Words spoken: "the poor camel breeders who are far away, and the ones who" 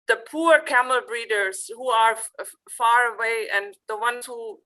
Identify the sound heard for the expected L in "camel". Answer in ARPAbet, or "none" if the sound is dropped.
L